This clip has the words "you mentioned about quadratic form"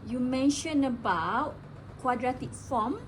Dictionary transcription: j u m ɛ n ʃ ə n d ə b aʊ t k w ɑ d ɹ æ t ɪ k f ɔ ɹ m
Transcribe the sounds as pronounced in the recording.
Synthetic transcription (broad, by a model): j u m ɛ n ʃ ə n ə b aʊ t k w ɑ d ɹ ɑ t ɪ k f ɔ m